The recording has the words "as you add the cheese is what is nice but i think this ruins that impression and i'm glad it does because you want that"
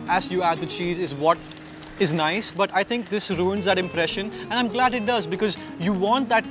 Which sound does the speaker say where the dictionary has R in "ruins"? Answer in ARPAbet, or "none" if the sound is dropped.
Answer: R